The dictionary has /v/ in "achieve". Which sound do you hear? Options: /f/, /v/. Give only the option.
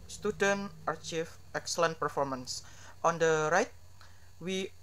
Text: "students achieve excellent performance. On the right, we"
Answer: /f/